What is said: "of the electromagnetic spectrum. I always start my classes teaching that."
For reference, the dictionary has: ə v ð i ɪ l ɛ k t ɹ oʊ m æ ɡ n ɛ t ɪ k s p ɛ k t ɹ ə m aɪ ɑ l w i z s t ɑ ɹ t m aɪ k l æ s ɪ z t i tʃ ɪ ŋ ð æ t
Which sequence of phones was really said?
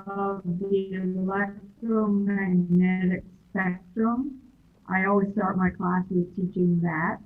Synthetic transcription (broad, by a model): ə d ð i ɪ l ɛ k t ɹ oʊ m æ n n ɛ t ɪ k s p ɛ k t ɹ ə m aɪ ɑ l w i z s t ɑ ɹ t m aɪ k l æ s ɪ z t i tʃ ɪ ŋ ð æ t